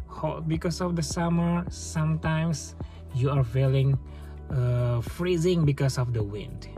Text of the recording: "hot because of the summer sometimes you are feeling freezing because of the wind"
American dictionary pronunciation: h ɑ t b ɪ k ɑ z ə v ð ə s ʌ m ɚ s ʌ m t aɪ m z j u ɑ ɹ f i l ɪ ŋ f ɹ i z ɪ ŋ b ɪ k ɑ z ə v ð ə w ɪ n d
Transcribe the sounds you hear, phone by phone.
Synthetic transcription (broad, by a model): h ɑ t b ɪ k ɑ s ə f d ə s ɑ m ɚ s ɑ m t aɪ m s j u ɑ ɹ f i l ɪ ŋ f ɹ i z ɪ ŋ b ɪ k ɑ s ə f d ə w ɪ n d